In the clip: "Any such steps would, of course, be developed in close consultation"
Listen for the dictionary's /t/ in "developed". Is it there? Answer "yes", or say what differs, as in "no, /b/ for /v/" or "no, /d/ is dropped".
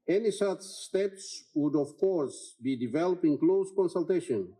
no, /t/ is dropped